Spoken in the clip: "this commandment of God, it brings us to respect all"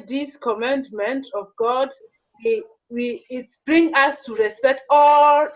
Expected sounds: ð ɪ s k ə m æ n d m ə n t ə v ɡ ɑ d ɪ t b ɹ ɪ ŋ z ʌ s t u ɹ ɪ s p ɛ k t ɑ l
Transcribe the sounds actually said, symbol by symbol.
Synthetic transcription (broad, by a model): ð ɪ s k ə m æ n d m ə n t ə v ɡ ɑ d ɪ t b ɹ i ŋ ʌ s t u ɹ ɪ s p ɛ k t ɑ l